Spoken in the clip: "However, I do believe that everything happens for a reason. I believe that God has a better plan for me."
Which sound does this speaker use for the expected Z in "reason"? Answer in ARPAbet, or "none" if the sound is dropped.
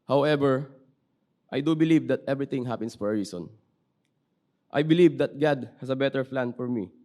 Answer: S